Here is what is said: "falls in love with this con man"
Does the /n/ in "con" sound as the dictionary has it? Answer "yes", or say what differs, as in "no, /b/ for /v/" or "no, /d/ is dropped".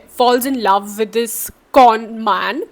yes